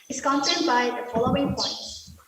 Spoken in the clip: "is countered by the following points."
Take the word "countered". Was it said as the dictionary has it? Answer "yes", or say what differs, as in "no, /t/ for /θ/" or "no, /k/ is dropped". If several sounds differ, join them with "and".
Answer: no, /s/ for /t/